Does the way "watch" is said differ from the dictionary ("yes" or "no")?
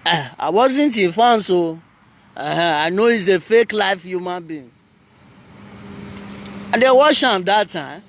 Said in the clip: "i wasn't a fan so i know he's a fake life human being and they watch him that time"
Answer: yes